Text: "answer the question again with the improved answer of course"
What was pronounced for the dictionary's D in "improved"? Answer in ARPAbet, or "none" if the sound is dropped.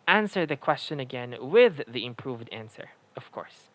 D